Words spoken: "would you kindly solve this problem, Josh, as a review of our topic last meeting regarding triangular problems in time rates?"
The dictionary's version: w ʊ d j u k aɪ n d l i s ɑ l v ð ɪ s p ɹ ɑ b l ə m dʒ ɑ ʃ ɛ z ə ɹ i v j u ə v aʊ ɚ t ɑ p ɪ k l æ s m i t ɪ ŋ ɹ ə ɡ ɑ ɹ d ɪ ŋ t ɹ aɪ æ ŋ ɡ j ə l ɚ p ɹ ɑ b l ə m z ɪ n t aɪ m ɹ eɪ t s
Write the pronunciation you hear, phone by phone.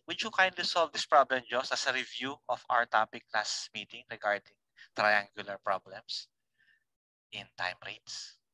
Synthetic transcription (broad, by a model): w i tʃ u k aɪ n d l i s ɑ l v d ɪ s p ɹ ɑ b l ə m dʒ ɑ s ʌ s ə ɹ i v j u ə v aʊ ɚ t ɑ p ɪ k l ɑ s m i t ɪ ŋ ɹ ə ɡ ɑ ɹ d ɪ ŋ t ɹ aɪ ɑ ŋ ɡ j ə l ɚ p ɹ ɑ b l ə m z ɪ n t aɪ m ɹ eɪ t s